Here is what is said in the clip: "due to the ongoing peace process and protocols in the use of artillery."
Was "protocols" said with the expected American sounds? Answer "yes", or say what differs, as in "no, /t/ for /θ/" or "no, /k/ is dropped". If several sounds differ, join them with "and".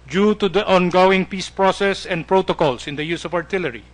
no, /s/ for /z/